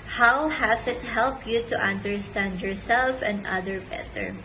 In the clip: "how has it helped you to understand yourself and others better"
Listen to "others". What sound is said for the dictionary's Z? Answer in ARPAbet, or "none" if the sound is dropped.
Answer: none